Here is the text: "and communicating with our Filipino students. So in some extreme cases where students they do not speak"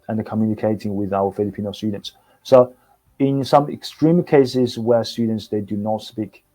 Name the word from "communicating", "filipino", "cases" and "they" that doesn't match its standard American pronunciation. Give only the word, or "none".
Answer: none